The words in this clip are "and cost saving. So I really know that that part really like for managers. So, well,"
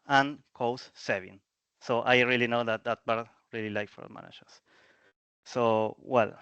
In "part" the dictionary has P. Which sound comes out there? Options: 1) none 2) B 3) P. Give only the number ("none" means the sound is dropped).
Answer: 2